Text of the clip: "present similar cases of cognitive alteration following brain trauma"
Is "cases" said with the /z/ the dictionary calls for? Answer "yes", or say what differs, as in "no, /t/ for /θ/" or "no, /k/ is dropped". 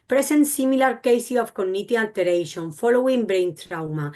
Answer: no, /z/ is dropped